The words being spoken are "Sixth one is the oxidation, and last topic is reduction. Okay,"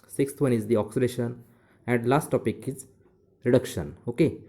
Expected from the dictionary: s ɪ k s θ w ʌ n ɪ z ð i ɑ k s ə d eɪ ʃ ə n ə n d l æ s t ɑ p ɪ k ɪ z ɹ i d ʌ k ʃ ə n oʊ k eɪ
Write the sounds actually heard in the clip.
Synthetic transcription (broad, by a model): s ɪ k s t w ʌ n ɪ z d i ɑ k s ə d eɪ ʃ ə n ə n d l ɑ s t ɑ p ɪ k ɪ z ɹ i d ʌ k ʃ ə n oʊ k eɪ